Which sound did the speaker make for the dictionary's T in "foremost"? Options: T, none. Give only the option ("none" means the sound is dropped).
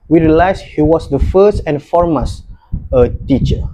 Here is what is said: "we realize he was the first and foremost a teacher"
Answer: none